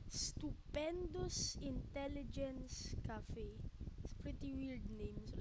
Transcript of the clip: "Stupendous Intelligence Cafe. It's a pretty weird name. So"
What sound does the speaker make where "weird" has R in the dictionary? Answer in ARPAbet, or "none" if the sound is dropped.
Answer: L